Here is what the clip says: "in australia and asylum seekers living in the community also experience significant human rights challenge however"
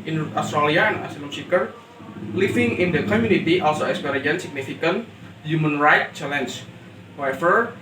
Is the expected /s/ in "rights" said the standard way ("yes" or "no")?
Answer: no